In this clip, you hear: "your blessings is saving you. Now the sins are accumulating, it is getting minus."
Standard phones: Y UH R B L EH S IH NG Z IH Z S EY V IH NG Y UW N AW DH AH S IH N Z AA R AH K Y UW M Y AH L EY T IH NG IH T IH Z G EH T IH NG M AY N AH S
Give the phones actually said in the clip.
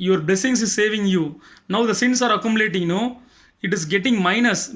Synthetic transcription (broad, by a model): Y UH R B L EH S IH NG S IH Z S EY V IH NG Y UW N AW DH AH S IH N S AA R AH K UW M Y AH L EY T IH NG IH T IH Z G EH T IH NG M AY N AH S